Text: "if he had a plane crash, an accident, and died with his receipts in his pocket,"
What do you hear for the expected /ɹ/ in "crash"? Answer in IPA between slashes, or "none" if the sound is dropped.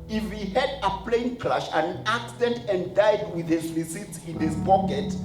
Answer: /l/